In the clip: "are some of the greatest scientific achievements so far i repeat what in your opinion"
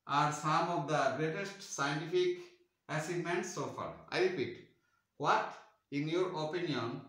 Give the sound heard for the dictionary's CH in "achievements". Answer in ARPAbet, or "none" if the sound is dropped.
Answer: S